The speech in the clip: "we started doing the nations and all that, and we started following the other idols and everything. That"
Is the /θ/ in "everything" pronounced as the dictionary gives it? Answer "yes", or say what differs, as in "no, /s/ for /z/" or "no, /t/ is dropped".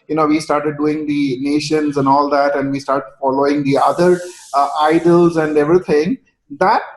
no, /t/ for /θ/